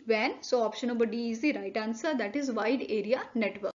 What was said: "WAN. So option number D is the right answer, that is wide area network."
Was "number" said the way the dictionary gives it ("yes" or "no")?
no